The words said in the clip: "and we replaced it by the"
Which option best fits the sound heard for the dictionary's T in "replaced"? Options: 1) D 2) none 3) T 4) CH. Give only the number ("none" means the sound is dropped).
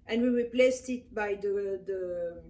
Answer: 3